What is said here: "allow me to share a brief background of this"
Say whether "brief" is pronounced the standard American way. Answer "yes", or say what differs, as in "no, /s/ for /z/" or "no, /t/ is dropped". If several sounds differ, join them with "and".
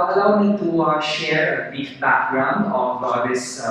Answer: no, /ɹ/ is dropped